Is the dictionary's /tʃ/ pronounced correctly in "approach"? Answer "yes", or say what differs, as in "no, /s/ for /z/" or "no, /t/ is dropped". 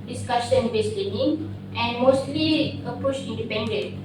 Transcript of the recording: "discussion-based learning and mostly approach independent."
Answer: no, /ʃ/ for /tʃ/